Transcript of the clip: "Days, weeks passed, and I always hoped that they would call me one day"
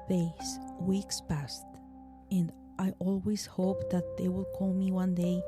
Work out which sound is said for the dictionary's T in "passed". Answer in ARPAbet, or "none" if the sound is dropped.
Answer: T